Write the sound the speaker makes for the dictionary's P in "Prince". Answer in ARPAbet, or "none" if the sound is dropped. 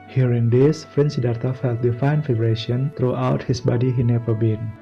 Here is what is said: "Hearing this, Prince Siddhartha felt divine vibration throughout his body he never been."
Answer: F